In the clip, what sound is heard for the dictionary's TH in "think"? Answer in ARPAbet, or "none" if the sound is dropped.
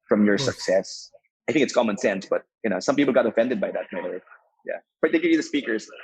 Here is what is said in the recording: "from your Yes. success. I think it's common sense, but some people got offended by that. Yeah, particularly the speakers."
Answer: TH